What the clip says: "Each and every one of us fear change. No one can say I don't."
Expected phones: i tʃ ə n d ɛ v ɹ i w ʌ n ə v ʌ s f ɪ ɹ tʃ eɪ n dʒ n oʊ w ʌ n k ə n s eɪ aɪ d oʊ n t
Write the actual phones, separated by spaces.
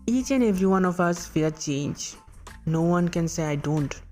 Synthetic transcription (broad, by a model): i tʃ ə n ɛ v ɹ i w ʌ n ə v ʌ s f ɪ l tʃ eɪ n dʒ n oʊ w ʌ n k ə n s eɪ aɪ d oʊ n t